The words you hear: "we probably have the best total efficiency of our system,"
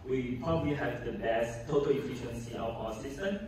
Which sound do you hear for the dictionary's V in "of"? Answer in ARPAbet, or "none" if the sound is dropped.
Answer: W